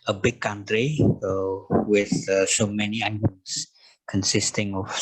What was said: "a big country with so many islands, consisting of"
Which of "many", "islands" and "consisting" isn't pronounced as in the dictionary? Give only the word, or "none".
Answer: islands